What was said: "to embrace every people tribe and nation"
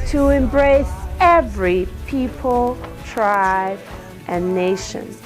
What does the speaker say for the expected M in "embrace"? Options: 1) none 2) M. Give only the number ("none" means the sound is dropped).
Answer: 2